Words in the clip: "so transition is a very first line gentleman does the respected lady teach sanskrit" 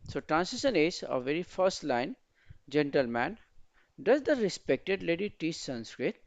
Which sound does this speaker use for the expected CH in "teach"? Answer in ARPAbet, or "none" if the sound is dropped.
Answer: S